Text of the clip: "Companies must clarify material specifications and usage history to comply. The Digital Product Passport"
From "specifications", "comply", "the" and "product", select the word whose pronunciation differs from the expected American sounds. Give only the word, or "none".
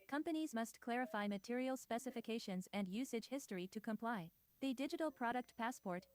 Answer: none